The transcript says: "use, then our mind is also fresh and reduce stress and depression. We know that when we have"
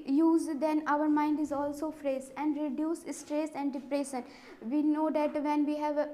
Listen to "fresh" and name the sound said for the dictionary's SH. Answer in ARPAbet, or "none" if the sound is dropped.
S